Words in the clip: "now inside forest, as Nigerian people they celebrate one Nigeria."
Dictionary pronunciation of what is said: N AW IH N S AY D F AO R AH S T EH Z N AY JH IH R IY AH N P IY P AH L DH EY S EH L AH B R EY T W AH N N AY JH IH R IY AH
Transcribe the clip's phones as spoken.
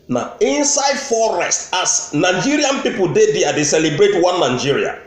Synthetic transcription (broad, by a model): N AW IH N S AY D F AO R AH S T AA S N AY JH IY R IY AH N P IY P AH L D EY S EH L AH B R EY T W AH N N AY JH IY R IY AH